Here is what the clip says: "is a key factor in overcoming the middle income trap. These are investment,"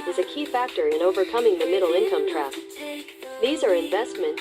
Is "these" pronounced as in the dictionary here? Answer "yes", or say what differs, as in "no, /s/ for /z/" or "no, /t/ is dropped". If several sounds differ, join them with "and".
yes